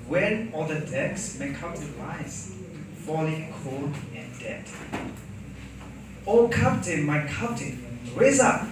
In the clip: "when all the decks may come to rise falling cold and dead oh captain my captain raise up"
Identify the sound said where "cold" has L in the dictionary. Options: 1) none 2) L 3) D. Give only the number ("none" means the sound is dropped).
1